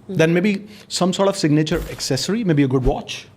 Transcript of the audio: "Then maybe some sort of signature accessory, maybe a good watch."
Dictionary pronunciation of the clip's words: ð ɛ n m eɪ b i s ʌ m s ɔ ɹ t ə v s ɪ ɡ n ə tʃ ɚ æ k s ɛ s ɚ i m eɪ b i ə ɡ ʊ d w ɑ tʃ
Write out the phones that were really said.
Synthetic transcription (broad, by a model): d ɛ n m eɪ b i s ʌ m s ɔ ɹ t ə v s ɪ ɡ n ə tʃ ɚ æ k s ɛ s ɚ i m eɪ b i ə ɡ ʊ d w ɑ tʃ